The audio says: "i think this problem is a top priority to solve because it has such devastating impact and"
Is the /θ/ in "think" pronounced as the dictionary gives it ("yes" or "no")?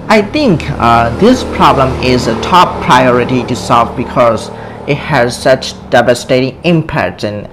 no